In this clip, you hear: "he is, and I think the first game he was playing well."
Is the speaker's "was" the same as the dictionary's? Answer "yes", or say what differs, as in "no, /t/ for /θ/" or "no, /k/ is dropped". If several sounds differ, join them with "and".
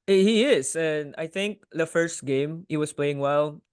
no, /s/ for /z/